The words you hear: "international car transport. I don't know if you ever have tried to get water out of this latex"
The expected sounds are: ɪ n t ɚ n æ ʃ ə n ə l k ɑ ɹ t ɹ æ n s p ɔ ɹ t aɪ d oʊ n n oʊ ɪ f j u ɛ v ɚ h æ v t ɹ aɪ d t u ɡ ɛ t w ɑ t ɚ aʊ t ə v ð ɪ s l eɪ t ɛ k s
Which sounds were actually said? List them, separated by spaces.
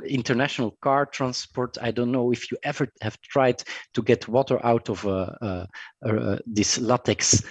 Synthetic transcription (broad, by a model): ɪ n t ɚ n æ ʃ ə n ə l k ɑ ɹ t ɹ æ n s p ɔ ɹ t aɪ d oʊ n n oʊ ɪ f j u ɛ v ɚ h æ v t ɹ aɪ d t u ɡ ɛ t w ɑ t ɚ aʊ t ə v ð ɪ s l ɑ t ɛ k s